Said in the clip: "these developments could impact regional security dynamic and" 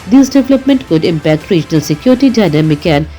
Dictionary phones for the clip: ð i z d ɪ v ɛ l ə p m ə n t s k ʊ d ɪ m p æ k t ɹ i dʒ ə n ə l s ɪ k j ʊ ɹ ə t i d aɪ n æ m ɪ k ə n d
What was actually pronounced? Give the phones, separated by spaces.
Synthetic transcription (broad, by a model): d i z d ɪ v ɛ l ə p m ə n t k ʊ d ɪ m p æ k t ɹ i dʒ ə n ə l s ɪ k j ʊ ɹ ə t i d aɪ n æ m ɪ k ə n